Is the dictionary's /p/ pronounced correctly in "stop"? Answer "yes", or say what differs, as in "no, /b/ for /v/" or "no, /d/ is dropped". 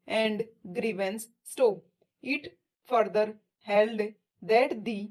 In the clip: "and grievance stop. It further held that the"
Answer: no, /p/ is dropped